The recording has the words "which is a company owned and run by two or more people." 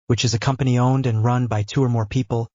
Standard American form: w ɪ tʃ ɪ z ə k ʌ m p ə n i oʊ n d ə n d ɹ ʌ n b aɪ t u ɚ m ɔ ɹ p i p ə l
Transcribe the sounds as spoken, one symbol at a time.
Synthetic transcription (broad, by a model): w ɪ tʃ ɪ z ə k ʌ m p ə n i oʊ n d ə n ɹ ʌ n b aɪ t u ɚ m ɔ ɹ p i p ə l